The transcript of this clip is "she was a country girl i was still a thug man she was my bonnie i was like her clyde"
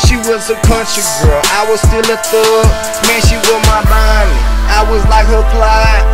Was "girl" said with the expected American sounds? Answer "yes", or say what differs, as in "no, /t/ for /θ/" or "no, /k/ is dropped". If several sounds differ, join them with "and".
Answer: yes